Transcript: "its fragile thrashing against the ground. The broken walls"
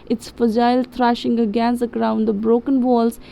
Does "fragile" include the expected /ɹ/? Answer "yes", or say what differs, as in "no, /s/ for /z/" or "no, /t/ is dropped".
no, /ɹ/ is dropped